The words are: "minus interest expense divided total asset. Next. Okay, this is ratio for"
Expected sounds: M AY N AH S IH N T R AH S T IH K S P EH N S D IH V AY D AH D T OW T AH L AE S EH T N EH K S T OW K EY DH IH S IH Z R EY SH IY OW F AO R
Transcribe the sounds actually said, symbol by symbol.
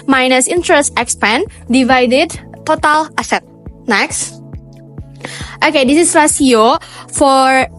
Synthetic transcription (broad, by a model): M AY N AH S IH N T R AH S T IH K S P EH N D IH V AY D AH D T OW T AH L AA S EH T N EH K S T OW K EY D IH S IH S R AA S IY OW F AO R